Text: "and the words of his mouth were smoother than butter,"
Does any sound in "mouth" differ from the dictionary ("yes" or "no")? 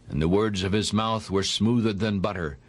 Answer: no